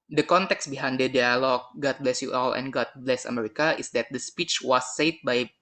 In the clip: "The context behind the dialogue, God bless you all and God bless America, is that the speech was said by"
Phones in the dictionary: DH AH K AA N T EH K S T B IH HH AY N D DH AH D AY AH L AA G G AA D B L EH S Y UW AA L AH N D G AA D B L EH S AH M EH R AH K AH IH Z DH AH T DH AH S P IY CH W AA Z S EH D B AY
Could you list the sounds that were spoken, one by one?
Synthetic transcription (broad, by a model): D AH K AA N T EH K S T B IH HH AY N D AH D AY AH L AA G G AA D B L EH S Y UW AA L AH N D G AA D B L EH S AH M EH R AH K AH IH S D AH T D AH S P IY CH W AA S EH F B AY